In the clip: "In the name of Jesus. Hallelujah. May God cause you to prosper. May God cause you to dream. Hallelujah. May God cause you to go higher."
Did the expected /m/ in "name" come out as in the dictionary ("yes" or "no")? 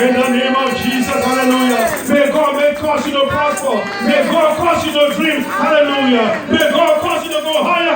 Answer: yes